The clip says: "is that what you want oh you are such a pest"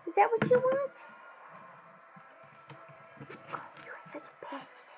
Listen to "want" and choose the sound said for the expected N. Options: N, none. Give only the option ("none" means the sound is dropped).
N